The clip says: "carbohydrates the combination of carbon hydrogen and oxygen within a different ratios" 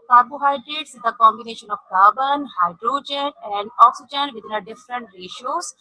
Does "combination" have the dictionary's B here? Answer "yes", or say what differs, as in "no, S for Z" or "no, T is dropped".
yes